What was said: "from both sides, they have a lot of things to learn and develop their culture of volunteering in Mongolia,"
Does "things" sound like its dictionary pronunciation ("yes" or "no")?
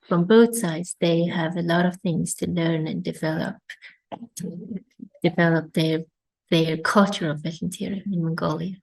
yes